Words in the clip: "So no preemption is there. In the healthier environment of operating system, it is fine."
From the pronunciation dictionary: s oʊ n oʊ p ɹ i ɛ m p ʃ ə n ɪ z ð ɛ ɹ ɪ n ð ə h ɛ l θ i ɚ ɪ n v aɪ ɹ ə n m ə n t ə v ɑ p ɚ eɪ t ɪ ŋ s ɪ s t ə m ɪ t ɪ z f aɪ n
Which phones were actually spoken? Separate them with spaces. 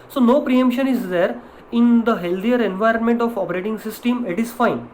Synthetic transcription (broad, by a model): s oʊ n oʊ p ɹ i ɛ m p ʃ ə n ɪ z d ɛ ɹ ɪ n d ə h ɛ l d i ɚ ɪ n v aɪ ɹ ə n m ə n t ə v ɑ p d eɪ t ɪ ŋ s ɪ s t ə m ɪ t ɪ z f aɪ n